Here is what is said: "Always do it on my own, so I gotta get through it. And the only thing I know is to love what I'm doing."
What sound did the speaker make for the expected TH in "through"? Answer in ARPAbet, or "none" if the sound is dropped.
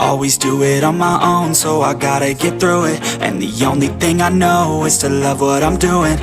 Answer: TH